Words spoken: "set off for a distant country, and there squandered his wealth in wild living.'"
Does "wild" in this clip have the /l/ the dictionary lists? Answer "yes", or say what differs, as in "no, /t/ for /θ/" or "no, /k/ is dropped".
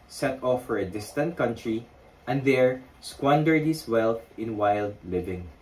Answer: yes